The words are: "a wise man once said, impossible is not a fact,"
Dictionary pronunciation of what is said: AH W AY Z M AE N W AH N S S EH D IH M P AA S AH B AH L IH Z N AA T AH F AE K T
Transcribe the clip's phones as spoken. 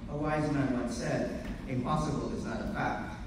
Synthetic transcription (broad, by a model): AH W AY Z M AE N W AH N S S EH D IH M P AA S AH B AH L IH Z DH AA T AH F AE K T